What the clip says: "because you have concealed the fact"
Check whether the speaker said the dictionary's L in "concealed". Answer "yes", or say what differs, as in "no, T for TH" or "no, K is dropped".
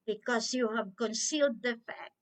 yes